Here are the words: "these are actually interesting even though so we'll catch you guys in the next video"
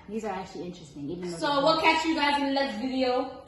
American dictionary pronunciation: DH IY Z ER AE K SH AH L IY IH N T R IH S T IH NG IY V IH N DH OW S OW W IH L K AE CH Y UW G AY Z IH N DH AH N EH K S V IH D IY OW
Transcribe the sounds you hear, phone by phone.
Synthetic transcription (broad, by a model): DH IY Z ER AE K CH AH L IY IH N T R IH S T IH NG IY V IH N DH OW S OW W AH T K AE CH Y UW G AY IH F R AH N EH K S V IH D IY OW